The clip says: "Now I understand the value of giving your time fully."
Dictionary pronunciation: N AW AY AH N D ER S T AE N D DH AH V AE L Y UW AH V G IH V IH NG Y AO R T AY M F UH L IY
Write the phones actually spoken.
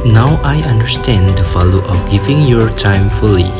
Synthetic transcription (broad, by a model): N AW AY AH N D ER S T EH N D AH F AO L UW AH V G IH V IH NG Y AO R T AY M F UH L IY